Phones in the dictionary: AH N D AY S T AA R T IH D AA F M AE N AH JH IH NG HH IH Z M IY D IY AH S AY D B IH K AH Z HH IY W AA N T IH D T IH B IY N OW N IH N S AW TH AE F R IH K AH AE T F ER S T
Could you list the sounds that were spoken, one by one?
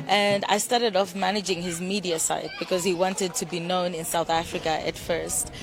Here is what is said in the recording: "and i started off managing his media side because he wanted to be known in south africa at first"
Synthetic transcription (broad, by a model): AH N D AY S T AA R T IH D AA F M AE N AH JH IH NG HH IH Z M IY D IY AH S AY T B IH K AH Z HH IY W AA N T IH D T IH B IY N OW N IH N S AW TH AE F R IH K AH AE T F ER S T